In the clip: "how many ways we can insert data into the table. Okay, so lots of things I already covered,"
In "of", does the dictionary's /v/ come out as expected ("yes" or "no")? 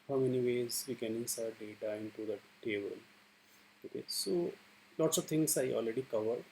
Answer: yes